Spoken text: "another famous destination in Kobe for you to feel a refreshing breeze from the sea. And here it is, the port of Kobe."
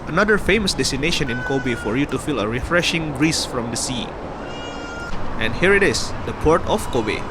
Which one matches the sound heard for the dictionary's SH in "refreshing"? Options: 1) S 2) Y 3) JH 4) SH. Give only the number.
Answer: 4